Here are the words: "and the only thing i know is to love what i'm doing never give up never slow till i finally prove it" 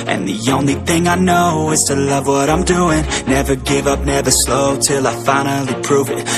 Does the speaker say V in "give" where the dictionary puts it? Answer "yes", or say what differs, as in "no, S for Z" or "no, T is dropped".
yes